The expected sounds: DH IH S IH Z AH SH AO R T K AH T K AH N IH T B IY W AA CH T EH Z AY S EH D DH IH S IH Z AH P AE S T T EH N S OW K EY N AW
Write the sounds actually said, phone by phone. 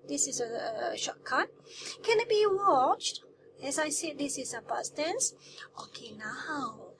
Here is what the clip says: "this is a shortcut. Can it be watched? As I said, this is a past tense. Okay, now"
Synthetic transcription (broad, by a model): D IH S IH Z AH SH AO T K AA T K AH N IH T B IY W AA CH T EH S AY S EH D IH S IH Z AH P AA S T T EH N S OW K EY N AW